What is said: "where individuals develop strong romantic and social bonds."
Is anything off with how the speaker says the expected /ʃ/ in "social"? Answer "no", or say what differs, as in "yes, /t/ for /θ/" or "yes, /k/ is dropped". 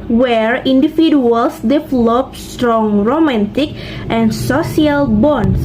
yes, /ʃ/ is dropped